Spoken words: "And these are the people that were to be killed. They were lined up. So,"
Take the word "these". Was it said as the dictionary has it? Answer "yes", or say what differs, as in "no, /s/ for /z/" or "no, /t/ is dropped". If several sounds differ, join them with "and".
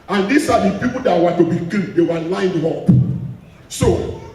no, /s/ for /z/